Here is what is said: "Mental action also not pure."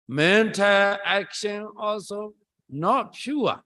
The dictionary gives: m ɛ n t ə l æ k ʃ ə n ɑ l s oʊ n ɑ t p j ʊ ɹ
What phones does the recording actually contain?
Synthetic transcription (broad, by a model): m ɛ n t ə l æ k ʃ ə n ɑ l s oʊ n ɑ t p j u